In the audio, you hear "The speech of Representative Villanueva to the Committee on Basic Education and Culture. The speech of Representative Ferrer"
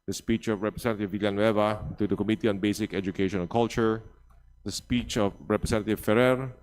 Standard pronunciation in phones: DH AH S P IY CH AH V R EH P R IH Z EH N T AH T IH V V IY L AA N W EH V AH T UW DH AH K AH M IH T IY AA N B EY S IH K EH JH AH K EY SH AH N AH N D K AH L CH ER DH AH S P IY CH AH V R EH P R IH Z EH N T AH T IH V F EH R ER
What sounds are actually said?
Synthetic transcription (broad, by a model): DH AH S P IY CH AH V R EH P R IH S EH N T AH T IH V V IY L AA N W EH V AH T UW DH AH K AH M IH T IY AA N B EY S IH K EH JH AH K EY AH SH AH N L K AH L CH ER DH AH S P IY CH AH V R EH P R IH S EH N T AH T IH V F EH R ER